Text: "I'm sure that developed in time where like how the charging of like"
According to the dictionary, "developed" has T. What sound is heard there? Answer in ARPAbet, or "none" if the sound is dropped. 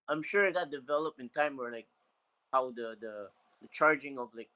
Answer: none